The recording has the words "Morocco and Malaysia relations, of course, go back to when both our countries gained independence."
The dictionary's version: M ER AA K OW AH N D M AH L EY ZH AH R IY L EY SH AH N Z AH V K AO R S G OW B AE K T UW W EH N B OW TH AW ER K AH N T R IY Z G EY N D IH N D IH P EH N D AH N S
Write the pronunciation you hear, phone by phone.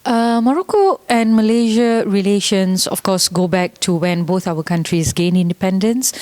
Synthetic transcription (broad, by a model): M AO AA K OW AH N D M AH L EY ZH AH R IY L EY SH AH N S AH F K AO S G OW B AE K T UW W EH N B OW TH AW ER K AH N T R IY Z G EY N IH N D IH P EH N D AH N S